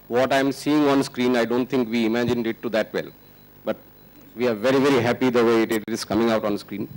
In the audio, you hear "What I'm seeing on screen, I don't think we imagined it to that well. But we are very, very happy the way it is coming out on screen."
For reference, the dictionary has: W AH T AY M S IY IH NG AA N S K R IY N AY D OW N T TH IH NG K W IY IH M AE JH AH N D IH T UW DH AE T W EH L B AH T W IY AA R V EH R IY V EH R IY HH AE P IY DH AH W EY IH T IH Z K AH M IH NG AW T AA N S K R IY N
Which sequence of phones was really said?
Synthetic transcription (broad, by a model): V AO T AY M S IY IH NG AA N S K R IY N AY D OW N T T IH NG K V IY IH M AE JH AH N D IH T UW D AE T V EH L B AH T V IY AA R V EH R IY V EH R IY HH AE P IY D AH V EY IH T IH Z K AH M IH NG AW T AA N S K R IY N